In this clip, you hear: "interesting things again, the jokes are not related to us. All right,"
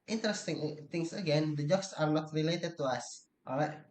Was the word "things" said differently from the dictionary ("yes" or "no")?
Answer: yes